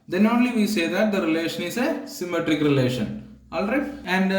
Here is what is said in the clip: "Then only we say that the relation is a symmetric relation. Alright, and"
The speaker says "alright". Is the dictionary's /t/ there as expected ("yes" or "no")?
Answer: no